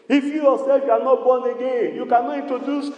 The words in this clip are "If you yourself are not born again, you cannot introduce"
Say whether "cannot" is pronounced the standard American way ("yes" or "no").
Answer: no